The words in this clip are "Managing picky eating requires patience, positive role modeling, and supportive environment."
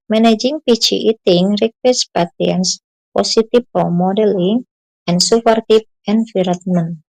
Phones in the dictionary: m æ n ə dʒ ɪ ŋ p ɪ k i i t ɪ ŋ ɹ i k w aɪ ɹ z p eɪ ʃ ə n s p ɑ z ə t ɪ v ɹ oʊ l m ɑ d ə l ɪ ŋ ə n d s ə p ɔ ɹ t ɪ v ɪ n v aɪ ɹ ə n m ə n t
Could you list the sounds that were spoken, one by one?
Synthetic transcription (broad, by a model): m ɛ n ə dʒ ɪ ŋ p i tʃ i i t ɪ ŋ ɹ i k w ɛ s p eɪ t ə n s p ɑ s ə t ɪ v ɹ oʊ m ɑ d ə l ɪ ŋ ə n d s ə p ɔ ɹ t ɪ p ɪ n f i ɹ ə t m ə n